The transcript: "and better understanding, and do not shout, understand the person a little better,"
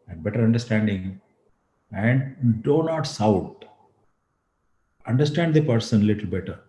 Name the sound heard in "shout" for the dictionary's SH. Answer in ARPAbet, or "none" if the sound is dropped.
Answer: S